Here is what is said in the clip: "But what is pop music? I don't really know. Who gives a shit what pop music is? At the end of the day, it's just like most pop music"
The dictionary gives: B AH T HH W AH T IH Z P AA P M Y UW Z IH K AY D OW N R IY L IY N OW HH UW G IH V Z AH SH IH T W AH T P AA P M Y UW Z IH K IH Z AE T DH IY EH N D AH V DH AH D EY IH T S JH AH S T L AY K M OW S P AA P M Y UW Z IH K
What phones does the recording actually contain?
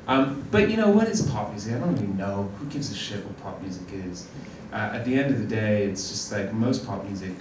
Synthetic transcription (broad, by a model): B AH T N W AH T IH S P AA P M Y UW Z IH K AY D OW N R IY L IY N OW HH UW G IH V Z AH SH IH T W AH T P AA P M Y UW Z IH K IH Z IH T DH IY EH N D AH V DH AH D EY IH T S JH AH S T L AY K M OW S P AA P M Y UW Z IH K